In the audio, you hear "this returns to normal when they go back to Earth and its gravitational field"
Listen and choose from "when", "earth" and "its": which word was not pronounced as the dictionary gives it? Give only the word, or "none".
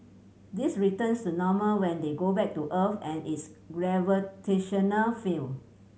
earth